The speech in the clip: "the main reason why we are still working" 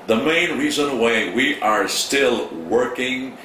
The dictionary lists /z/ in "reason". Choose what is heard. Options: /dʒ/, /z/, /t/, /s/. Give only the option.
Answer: /z/